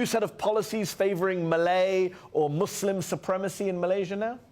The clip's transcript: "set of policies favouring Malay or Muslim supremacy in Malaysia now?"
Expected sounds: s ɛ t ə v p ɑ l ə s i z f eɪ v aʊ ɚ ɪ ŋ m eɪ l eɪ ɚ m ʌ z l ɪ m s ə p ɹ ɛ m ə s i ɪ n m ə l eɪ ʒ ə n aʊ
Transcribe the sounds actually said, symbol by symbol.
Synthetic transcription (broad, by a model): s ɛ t ə v p ɑ l ə s i z f eɪ v ɚ ɪ ŋ m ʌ l eɪ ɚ m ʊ s l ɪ m s ə p ɹ ɛ m ə s i ɪ n m ə l eɪ ʒ ə n aʊ